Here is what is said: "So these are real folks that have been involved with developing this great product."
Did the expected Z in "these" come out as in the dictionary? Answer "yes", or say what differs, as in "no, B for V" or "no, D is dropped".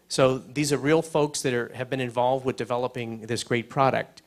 yes